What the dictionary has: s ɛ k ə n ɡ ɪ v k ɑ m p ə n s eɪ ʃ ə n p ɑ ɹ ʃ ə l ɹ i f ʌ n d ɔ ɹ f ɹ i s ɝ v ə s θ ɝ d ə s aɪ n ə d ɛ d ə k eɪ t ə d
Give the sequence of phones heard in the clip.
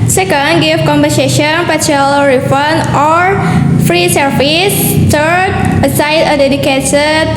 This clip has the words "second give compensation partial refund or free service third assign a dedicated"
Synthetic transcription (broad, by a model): s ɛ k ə n ɡ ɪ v k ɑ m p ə s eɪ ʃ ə n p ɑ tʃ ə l ɹ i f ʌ n ɔ ɹ f ɹ i s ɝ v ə s t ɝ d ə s aɪ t ə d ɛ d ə k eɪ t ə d